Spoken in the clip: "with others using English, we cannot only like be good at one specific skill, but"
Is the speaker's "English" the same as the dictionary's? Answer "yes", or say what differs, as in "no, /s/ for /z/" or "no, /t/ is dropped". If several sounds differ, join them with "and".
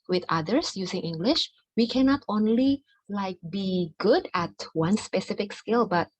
yes